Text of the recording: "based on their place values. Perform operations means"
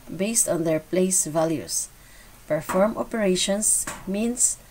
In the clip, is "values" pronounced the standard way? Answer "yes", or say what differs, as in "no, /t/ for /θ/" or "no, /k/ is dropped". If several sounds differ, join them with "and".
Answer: no, /s/ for /z/